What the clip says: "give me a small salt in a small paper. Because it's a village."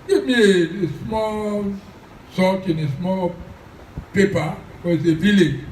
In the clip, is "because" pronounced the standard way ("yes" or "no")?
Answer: no